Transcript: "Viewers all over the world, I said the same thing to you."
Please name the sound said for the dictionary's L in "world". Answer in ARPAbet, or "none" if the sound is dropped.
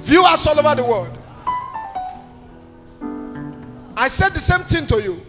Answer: none